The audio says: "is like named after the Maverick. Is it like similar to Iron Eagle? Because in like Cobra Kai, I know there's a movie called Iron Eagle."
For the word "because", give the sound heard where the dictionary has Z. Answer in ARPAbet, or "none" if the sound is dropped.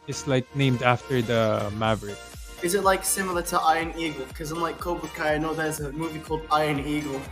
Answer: none